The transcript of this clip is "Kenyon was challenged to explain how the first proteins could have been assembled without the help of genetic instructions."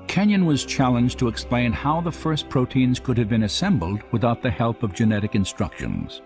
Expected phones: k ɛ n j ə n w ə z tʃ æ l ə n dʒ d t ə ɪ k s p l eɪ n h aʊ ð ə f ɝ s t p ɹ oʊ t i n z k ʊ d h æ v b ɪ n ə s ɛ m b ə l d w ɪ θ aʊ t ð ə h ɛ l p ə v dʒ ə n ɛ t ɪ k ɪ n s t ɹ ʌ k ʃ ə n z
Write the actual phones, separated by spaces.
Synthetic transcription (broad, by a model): k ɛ n j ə n w ə z tʃ æ l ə n dʒ t ə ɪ k s p l eɪ n h aʊ ð ə f ɝ s p ɹ oʊ t i n z k ʊ d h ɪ v b ɪ n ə s ɛ m b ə l d w ɪ θ aʊ t ð ə h ɛ l p ə v dʒ ə n ɛ t ɪ k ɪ n s t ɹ ʌ k ʃ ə n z